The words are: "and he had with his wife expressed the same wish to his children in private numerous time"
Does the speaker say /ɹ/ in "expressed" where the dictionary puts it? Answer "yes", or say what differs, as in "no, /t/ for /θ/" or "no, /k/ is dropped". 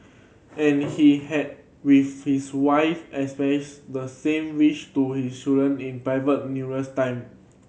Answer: no, /ɹ/ is dropped